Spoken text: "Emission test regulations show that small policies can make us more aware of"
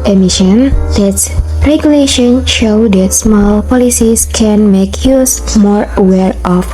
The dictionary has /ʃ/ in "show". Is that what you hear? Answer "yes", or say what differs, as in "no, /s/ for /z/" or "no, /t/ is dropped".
yes